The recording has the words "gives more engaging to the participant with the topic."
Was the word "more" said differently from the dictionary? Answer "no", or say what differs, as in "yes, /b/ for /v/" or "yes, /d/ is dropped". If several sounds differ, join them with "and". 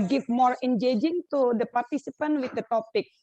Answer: no